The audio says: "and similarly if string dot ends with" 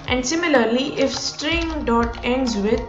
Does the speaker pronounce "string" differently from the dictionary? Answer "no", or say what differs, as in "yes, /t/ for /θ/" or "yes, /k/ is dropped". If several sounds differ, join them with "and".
no